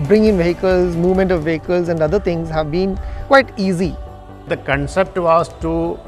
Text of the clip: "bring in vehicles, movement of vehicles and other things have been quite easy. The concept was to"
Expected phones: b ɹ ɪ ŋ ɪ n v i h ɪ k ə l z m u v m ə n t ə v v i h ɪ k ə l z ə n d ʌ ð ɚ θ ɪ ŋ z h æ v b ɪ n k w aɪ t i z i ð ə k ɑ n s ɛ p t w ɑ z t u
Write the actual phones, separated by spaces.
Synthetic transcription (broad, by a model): b ɹ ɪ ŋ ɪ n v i h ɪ k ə l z m u v m ə n t ə v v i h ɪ k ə l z ə n d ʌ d ɚ t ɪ ŋ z h æ v b ɪ n k w aɪ t i z i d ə k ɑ n s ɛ p t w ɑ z t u